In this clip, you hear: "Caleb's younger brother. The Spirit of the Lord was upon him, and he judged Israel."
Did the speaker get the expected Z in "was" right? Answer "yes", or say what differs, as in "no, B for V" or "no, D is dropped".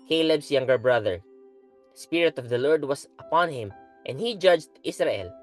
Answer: no, S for Z